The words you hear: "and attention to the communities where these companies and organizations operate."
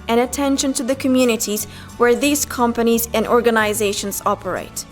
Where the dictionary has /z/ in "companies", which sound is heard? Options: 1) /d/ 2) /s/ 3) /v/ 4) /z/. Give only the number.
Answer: 4